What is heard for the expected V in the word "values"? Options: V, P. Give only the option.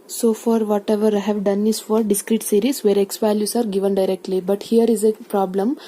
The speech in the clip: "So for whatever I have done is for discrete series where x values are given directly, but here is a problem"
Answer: P